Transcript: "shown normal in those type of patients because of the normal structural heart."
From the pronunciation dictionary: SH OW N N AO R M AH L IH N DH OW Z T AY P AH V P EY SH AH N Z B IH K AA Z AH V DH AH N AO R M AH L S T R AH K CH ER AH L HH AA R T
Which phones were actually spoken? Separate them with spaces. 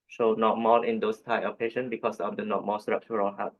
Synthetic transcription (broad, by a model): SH OW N N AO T M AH L IH N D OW S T AY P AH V P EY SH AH N B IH K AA S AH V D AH N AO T M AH S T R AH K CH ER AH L HH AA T